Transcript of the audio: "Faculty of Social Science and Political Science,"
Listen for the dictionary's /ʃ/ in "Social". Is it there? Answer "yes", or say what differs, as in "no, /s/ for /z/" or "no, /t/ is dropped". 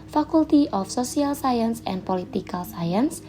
no, /s/ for /ʃ/